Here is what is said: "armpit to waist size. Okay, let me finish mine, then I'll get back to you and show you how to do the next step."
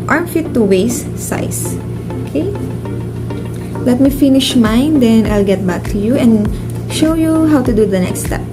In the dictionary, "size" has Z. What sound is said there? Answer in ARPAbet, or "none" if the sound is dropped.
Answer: S